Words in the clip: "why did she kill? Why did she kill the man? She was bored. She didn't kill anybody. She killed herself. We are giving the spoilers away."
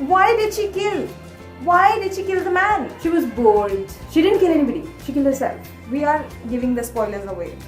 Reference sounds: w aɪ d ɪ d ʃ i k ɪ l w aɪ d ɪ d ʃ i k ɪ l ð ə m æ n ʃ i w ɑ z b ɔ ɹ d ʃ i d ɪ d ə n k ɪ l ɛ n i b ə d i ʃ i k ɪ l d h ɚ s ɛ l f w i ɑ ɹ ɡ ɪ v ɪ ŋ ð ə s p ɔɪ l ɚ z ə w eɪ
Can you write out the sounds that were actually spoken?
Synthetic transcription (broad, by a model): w aɪ d ɪ d ʃ i k ɪ l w aɪ d ɪ d ʃ i k ɪ l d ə m æ n ʃ i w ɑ z b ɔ l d ʃ i d ɪ d ə n k ɪ l ɛ n i b ə d i ʃ i k ɪ l d h ɚ s ɛ l f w i ɑ ɹ ɡ ɪ v ɪ ŋ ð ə s p ɔɪ l ɚ z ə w eɪ